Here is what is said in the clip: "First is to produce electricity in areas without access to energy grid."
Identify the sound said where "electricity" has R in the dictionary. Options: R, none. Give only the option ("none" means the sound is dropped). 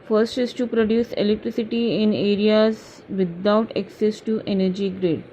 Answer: R